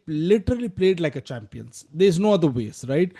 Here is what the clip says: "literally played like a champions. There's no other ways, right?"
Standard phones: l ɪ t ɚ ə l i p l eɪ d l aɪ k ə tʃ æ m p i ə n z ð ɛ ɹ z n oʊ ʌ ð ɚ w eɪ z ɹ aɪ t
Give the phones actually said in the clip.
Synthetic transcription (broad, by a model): l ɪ t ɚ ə l i p l eɪ d l aɪ k ə tʃ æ m p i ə n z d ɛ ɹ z n oʊ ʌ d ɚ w eɪ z ɹ aɪ t